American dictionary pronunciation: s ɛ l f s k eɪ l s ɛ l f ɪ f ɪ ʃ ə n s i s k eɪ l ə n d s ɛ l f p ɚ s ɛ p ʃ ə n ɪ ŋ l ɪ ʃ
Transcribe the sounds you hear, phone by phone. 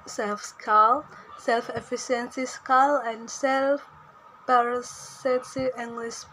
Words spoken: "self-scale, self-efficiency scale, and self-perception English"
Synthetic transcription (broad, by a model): s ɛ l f s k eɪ l s ɛ l f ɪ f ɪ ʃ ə n s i s k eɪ l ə n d s ɛ l f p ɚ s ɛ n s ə ɪ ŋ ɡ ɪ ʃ